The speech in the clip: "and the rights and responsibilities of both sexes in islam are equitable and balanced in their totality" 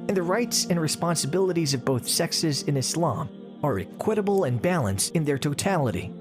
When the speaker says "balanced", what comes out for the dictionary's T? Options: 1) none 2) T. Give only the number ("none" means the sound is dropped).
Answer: 2